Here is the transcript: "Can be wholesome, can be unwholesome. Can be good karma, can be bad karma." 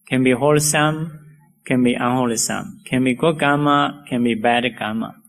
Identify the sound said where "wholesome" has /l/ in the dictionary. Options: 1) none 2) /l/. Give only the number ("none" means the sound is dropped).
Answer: 2